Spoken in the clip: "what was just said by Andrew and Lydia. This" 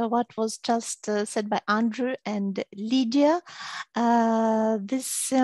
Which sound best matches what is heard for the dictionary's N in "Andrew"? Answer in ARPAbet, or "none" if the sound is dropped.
N